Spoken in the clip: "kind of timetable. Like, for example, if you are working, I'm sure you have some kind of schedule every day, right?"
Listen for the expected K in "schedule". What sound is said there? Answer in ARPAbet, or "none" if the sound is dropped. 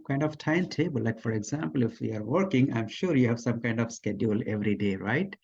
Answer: K